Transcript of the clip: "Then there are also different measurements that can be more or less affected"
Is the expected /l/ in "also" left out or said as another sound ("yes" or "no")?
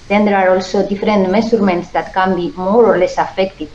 no